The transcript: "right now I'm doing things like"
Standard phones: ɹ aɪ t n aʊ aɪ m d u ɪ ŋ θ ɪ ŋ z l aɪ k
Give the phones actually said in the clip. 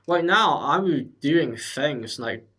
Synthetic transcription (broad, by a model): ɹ aɪ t n aʊ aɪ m d u ɪ ŋ θ ɪ ŋ z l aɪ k